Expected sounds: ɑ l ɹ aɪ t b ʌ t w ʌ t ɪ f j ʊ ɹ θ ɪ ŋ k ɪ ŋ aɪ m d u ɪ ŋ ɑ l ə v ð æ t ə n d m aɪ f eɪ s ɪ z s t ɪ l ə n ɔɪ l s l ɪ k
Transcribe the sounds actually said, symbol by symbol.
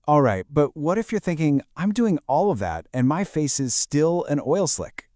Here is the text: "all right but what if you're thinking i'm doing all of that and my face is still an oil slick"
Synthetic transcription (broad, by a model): ɑ l ɹ aɪ t b ʌ t w ʌ t ɪ f j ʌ ɹ θ ɪ ŋ k ɪ ŋ aɪ m d u ɪ ŋ ɑ l ə v ð æ t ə n m aɪ f eɪ s ɪ z s t ɪ l ə n ɔɪ l s l ɪ k